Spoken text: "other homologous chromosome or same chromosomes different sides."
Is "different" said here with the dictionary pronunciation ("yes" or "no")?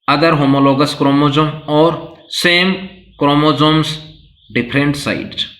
no